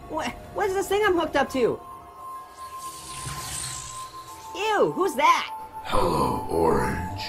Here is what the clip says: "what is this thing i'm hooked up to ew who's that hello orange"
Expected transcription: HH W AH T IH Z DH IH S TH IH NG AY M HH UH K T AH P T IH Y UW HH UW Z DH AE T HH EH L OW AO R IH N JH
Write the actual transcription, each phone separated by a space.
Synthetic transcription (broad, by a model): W W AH T IH Z DH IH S TH IH NG AY M HH UH K T AH P T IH Y UW HH UW Z DH AE T HH EH L OW AO R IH N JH